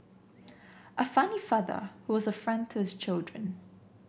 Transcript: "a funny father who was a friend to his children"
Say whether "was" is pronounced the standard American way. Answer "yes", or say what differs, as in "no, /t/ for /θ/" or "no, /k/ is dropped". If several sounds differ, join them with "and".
yes